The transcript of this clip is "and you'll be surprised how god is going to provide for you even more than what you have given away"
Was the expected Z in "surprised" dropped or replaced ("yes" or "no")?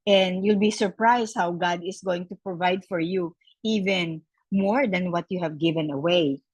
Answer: yes